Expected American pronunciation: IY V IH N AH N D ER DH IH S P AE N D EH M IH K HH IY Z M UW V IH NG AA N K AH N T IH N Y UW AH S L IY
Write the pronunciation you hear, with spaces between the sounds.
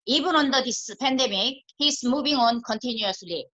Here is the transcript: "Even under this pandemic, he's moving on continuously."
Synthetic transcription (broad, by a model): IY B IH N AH N D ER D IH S P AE N D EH M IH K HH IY S M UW B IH NG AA N K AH N T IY N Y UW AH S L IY